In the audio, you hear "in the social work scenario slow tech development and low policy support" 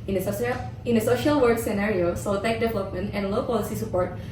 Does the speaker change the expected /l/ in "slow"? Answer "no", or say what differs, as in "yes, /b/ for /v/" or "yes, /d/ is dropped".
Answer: yes, /l/ is dropped